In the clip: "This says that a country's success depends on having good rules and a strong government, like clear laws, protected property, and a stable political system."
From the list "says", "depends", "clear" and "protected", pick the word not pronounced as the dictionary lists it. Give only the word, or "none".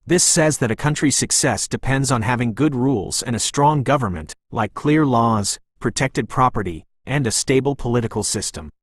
none